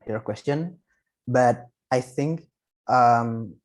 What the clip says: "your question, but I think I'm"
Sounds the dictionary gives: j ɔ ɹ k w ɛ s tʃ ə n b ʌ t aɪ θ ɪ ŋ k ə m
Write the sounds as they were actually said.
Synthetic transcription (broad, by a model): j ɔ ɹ k w ɛ s tʃ ə n b ʌ t aɪ θ ɪ ŋ k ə m